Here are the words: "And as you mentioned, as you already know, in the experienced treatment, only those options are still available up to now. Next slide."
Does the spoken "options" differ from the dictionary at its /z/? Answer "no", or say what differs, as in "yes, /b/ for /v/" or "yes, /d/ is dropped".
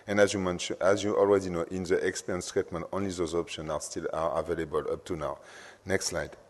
yes, /z/ is dropped